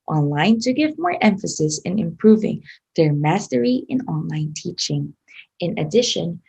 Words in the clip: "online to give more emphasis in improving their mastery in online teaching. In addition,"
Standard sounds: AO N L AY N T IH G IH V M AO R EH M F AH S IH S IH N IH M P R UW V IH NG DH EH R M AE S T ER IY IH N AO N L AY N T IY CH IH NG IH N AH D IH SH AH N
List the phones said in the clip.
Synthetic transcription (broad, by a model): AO N L AY N T IH G IH V M AO R EH M F AH S IH S IH N IH M P R UW V IH NG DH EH R M AE S T ER IY IH N AO N L AY N T IY CH IH NG IH N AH D IH SH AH N